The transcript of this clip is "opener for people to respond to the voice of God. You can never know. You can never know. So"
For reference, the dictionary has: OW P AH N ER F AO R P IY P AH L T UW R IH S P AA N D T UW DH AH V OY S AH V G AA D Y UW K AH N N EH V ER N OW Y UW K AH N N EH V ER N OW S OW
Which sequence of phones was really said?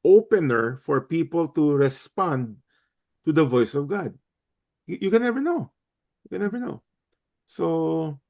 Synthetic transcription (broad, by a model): OW P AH N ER F AO R P IY P AH L T UW R IH S P AA N D T UW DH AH V OY S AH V G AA D Y UW K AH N N EH V ER N OW Y UW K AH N N EH V ER N OW S OW